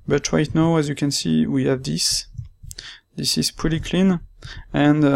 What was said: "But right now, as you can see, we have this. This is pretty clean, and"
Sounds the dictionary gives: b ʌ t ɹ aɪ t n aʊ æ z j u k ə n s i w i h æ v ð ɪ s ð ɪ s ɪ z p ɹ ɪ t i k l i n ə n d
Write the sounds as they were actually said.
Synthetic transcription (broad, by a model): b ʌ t ɹ aɪ t n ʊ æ z j u k ə n s i w i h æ v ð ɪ s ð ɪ s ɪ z p ɪ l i k l i n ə n